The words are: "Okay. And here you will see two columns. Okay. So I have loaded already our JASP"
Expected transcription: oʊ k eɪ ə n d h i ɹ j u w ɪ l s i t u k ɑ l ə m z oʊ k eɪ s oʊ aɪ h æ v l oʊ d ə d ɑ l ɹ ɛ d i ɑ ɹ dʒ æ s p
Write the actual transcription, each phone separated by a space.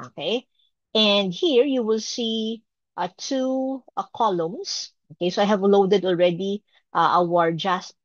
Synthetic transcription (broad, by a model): oʊ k eɪ ə n d h i ɹ j u w ɪ l s i t u k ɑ l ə m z oʊ k eɪ s oʊ aɪ h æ v l oʊ d ə d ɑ l ɹ ɛ d i ɑ ɹ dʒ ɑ s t